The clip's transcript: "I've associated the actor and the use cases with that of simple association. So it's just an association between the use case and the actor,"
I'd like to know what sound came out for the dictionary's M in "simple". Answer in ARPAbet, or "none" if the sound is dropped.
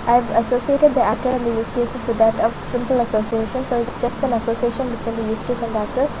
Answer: M